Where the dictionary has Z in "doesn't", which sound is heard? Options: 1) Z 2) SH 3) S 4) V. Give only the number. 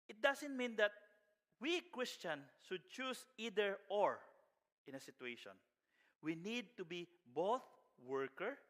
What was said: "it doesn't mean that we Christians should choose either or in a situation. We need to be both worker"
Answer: 3